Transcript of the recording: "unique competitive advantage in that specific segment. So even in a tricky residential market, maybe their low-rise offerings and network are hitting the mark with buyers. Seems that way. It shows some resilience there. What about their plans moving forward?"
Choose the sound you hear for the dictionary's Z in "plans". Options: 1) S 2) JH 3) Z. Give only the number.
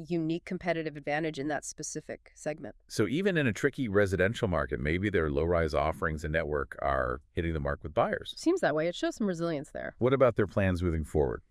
3